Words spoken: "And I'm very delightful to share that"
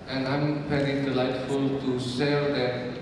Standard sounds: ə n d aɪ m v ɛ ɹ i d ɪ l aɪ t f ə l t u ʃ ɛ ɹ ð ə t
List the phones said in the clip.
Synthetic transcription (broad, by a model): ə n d aɪ m f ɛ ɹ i d ɪ l aɪ t f ə l t u s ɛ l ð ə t